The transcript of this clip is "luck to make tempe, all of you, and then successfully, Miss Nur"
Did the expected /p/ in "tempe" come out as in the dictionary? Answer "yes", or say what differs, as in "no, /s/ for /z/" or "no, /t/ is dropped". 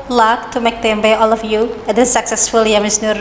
no, /b/ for /p/